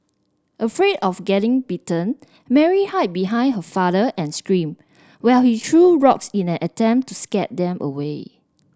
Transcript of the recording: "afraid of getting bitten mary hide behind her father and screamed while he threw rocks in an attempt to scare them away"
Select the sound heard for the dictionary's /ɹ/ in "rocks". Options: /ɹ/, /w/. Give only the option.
/ɹ/